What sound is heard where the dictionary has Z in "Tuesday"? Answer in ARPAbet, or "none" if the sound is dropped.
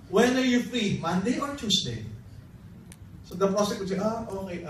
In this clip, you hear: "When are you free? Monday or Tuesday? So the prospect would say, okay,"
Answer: S